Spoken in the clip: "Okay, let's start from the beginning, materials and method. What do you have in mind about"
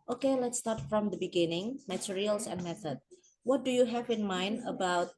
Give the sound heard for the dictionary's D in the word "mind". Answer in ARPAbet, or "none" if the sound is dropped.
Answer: D